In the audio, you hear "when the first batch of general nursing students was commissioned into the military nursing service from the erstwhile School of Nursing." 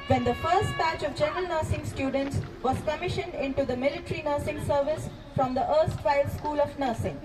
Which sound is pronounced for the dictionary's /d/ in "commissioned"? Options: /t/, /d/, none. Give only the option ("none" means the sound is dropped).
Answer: /d/